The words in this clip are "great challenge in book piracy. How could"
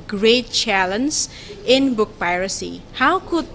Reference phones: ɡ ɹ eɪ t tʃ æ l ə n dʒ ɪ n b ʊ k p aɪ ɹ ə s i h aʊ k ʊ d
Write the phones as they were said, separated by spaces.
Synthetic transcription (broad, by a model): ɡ ɹ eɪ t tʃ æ l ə n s ɪ n b ʊ k p aɪ ɹ ə s i h aʊ k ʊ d